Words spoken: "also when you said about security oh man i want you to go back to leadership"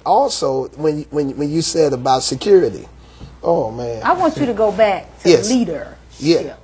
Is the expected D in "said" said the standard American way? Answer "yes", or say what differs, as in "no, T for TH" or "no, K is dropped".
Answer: yes